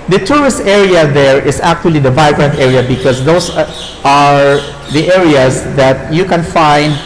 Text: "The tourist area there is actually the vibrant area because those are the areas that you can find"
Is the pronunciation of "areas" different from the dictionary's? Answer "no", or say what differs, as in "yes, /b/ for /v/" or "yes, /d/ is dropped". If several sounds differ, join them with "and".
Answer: yes, /s/ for /z/